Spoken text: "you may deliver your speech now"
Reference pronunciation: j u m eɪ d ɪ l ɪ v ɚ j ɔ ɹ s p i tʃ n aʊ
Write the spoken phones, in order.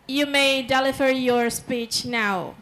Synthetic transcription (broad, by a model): j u m eɪ d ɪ l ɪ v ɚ j ɔ ɹ s p i tʃ n aʊ